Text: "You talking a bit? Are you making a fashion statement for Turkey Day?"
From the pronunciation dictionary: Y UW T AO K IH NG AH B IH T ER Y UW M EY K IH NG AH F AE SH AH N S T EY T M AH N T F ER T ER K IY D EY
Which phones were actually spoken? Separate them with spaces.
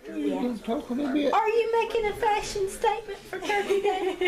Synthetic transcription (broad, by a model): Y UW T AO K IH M AH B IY ER Y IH M EY K IH NG AH F AE SH AH N S T EY T M AH N T F ER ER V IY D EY